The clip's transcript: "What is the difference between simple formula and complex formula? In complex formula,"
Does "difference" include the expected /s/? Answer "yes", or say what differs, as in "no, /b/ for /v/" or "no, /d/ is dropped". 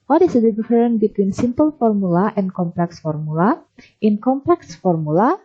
no, /s/ is dropped